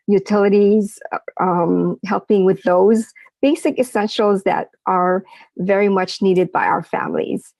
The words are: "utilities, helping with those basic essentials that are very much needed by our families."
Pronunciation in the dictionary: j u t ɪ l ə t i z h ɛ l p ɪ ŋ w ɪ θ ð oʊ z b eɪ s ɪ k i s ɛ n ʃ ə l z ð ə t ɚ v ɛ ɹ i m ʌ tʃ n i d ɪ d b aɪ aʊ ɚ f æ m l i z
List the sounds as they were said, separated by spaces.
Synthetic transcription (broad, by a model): j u t ɪ l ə t i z h ɛ l p ɪ ŋ w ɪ ð oʊ z b eɪ s ɪ k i s ɛ n ʃ l z ð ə t ɚ v ɛ ɹ i m ʌ tʃ n i d ɪ d b aɪ aʊ ɚ f æ m l i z